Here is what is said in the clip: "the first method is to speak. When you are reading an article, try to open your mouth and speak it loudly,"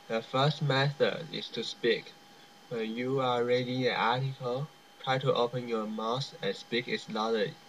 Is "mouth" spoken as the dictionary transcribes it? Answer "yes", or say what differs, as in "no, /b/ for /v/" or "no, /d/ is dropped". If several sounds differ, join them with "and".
no, /s/ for /θ/